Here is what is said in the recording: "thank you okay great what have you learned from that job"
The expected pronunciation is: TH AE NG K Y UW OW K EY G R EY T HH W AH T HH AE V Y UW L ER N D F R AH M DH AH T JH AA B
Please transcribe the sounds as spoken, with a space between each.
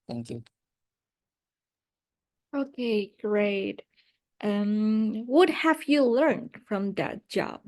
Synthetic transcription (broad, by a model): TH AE NG K Y UW OW K EY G R EY T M W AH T HH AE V Y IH L ER N D F R AH M DH AH T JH AA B